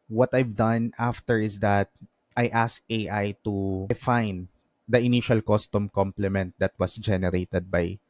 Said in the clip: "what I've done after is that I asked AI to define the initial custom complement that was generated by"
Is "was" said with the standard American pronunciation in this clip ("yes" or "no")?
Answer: no